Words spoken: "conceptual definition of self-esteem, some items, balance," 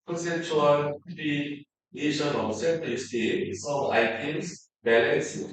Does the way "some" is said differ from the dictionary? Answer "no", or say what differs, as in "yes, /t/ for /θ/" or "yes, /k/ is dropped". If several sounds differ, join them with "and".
yes, /m/ is dropped